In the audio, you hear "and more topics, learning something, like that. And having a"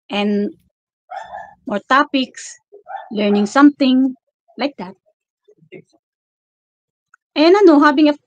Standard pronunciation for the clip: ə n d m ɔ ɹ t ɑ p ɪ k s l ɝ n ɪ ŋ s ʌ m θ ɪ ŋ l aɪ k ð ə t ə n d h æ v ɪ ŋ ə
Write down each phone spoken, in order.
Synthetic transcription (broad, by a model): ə n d m ɔ ɹ t ɑ p ɪ k s l ɝ n ɪ ŋ s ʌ m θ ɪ ŋ l aɪ k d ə t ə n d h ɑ b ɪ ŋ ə